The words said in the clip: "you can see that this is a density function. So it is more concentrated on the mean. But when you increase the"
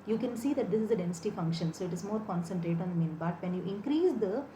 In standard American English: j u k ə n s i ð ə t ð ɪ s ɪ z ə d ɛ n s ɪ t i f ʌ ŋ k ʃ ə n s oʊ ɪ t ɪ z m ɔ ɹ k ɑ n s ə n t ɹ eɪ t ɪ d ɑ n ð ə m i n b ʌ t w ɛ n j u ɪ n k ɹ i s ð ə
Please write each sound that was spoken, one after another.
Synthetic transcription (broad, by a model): j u k ə n s i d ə t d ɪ s ɪ z ə d ɛ n s ɪ t i f ʌ ŋ k ʃ ə n s oʊ ɪ t ɪ z m ɔ ɹ k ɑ n s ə n t ɹ eɪ t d ɑ n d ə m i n b ʌ t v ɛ n j u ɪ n k ɹ i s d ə